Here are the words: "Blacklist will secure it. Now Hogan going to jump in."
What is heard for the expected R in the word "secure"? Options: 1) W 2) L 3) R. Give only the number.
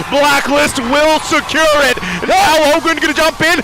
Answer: 3